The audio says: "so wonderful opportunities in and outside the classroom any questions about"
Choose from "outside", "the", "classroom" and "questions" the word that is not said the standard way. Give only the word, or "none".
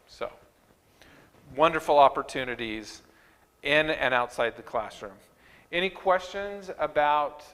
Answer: none